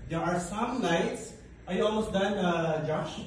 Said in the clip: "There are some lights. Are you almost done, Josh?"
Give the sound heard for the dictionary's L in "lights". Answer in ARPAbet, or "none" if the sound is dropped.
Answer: N